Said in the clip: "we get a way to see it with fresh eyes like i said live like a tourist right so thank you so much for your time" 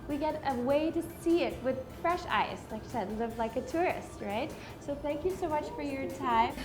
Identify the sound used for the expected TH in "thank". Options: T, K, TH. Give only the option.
TH